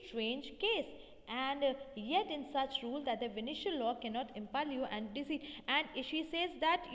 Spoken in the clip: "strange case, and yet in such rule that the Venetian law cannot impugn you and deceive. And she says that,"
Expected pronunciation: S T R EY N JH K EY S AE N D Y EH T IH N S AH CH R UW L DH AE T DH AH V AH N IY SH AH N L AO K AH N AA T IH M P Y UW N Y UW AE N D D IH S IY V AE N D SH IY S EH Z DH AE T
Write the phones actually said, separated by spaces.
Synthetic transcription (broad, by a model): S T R EY N JH K EY S AE N D Y EH T IH N S AH CH R UW L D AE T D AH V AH N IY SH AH L AO K AH N AA T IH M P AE L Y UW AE N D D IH S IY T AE N D SH IY S EH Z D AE T